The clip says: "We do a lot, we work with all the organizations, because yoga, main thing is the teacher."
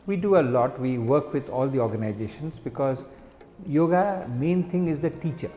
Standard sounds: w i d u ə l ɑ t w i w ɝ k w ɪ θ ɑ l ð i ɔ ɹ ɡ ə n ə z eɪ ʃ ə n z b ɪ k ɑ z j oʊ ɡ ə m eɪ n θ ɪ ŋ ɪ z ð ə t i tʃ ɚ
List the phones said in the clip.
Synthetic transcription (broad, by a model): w i d u ə l ɑ t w i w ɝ k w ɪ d ɑ l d i ɔ ɹ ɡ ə n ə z eɪ ʃ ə n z b ɪ k ɑ z j oʊ ɡ ə m eɪ n t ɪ ŋ ɪ z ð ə t i tʃ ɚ